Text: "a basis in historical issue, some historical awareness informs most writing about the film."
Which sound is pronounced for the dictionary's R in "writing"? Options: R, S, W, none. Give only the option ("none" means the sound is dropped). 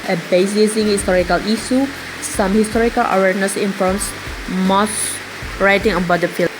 R